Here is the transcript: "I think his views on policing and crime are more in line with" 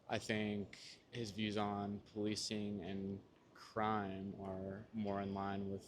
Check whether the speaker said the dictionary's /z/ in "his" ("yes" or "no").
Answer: yes